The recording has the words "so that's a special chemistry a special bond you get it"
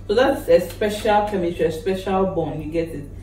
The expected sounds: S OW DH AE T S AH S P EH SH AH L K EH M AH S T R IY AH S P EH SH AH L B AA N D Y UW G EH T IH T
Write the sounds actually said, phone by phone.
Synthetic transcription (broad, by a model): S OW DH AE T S AH S P EH SH AH L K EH M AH T IY AH S P EH SH AH L B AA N Y UW G EH T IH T